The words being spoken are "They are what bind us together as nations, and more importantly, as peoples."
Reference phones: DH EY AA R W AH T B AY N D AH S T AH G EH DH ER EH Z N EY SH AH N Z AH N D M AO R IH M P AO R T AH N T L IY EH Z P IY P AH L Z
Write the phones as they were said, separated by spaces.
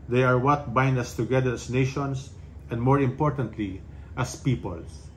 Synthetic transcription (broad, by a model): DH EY AA R W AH T B AY N D AH S T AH G EH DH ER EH S N EY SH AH N S AH N D M AO R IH M P AO R T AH N T L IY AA S P IY P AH L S